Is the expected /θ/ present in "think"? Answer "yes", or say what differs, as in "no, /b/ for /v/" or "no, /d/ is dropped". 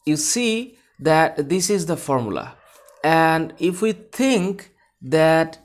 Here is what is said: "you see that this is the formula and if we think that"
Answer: no, /t/ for /θ/